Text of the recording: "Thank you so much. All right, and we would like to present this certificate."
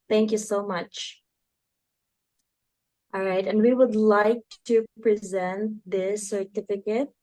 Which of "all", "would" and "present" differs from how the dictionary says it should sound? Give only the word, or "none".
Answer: none